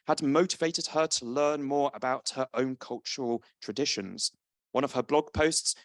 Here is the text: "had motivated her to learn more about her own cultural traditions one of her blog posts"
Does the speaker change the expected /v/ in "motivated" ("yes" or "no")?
no